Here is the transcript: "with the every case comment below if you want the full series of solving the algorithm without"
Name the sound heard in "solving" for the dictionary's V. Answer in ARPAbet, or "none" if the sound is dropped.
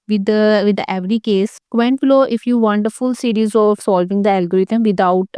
V